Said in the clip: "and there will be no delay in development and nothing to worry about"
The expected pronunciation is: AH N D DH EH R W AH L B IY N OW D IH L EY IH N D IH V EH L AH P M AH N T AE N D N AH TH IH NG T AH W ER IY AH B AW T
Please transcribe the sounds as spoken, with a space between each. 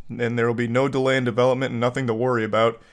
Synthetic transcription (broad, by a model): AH N DH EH R W AH L B IY N OW D IH L EY IH N D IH V EH L AH P M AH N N N AH TH IH NG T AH W ER IY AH B AW T